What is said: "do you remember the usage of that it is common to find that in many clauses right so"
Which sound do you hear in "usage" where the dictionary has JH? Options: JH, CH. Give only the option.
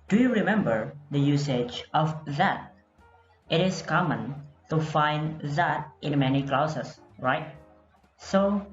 JH